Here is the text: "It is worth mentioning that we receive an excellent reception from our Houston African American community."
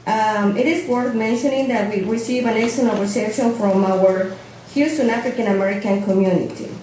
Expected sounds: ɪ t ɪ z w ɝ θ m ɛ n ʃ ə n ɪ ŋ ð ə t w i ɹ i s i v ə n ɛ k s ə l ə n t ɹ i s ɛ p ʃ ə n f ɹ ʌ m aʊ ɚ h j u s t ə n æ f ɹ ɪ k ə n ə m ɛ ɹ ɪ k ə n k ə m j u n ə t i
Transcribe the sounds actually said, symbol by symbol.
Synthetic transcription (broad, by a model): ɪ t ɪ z w ɝ θ m ɛ n ʃ ə n ɪ ŋ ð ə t w i ɹ i s i v ə n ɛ s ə n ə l ɹ i s ɛ p ʃ ə n f ɹ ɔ m aʊ ɚ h j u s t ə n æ f ɹ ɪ k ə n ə m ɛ ɹ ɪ k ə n k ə m j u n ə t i